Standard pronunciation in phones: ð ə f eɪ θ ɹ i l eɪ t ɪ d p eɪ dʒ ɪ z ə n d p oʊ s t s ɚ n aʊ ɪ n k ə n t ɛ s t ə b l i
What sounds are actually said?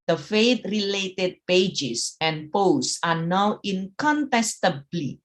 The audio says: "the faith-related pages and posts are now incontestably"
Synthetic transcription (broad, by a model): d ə f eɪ t ɹ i l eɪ t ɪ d p eɪ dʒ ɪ s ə n p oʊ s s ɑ n aʊ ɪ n k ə n t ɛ s t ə b l i